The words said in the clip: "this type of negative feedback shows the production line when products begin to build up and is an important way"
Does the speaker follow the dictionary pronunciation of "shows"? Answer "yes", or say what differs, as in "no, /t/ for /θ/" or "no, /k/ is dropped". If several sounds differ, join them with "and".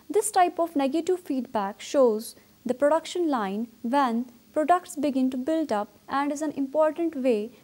yes